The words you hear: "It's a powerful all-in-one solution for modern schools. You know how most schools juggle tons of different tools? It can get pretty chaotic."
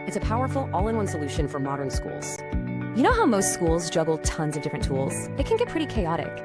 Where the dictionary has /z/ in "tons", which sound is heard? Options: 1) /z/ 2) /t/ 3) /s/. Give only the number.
1